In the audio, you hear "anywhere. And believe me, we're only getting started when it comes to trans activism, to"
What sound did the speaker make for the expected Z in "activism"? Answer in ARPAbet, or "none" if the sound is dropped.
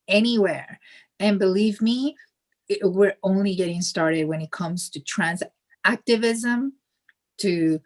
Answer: Z